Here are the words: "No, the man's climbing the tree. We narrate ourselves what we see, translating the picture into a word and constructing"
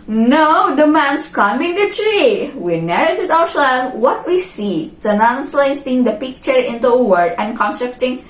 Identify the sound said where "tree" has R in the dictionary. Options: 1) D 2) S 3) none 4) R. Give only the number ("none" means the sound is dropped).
4